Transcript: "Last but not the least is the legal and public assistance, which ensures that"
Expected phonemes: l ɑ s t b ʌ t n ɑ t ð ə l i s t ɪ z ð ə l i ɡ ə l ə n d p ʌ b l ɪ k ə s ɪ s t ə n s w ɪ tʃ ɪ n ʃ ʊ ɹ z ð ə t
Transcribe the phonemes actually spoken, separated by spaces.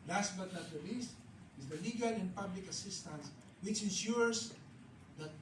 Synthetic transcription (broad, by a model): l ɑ s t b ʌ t n ɑ t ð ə l i s t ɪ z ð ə l i ɡ ə l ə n p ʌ b l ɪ k ə s ɪ s t ə n s w ɪ tʃ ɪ n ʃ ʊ ɹ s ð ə t